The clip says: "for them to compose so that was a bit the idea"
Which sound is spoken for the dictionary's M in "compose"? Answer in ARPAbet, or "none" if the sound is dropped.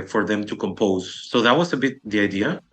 M